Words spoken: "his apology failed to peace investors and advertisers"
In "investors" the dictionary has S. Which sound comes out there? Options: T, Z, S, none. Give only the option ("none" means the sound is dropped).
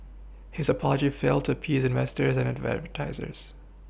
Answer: S